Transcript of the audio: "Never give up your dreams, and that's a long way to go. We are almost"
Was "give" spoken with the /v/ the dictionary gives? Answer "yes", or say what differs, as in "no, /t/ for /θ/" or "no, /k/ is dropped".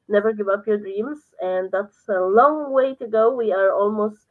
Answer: yes